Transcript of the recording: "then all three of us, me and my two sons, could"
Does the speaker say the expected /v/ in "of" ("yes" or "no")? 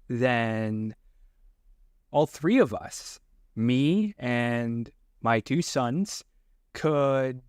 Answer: yes